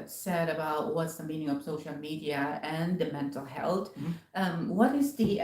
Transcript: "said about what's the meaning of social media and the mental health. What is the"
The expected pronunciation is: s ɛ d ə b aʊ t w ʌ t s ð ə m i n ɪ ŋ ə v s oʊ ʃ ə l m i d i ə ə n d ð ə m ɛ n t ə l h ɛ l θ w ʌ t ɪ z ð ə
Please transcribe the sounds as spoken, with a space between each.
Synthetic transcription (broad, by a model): s ɛ d ə b aʊ t w ʌ t s ð ə m i n ɪ ŋ ə v s oʊ ʃ l m i d i ə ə n ð ə m ɛ n t l h ɛ l t w ʌ t ɪ z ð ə